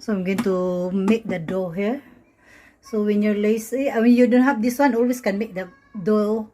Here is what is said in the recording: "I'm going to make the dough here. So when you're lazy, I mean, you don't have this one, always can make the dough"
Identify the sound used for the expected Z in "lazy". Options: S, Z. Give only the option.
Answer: S